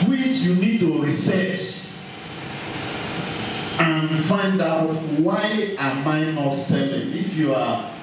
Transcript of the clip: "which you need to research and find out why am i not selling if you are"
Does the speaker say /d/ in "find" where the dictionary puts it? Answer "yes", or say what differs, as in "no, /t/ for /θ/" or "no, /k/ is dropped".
yes